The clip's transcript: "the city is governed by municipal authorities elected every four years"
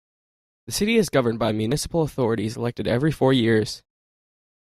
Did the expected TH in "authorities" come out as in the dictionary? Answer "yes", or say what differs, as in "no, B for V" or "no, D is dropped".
yes